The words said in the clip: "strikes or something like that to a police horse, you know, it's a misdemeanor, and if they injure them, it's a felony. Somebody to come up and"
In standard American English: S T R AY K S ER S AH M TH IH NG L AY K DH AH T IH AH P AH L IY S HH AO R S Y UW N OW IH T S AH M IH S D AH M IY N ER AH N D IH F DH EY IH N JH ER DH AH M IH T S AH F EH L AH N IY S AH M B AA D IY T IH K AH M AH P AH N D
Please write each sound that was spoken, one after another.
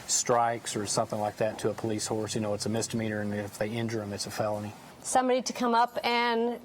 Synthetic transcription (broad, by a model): S T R AY K S ER S AH M TH IH NG L AY K DH AH T IH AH P AH L IY S HH AO R S Y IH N OW IH T S AH M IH S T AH M IY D ER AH N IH F DH EY IH N JH ER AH M IH T S AH F EH L AH N IY S AH M B AA D IY T IH K AH M AH P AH N